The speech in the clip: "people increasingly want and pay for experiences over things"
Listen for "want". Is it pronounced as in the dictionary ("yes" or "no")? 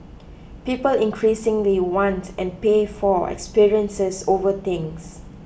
yes